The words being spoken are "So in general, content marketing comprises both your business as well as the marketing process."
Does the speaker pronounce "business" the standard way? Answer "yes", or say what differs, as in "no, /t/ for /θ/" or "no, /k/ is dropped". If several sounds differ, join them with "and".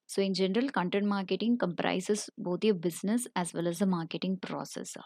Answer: no, /s/ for /z/